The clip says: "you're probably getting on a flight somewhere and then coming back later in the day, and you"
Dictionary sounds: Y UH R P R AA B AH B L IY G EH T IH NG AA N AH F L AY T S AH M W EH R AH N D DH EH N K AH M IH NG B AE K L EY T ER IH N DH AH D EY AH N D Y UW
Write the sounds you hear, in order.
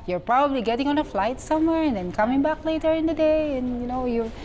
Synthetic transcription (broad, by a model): Y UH R P R AA B AH B L IY G EH T IH NG AA N AH F L AY T S AH M W EH R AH N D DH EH N K AH M IH NG B AE K L EY T ER IH N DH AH D EY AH N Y Y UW